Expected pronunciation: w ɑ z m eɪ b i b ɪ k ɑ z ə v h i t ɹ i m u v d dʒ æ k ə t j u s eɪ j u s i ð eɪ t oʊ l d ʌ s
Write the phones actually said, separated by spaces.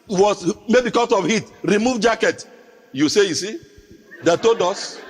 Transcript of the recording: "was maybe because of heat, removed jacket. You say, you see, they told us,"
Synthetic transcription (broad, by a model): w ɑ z m eɪ b i k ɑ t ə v h i t ɹ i m u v dʒ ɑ k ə t j u s eɪ j u s i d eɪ t oʊ d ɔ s